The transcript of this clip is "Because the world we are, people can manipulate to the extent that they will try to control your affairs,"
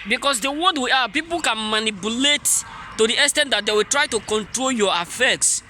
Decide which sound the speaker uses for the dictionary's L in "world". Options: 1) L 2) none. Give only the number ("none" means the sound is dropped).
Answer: 2